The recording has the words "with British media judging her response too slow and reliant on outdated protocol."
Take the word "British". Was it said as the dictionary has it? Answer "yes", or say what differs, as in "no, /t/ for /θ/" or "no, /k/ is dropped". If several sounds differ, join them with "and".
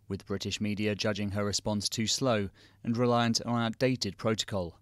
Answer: yes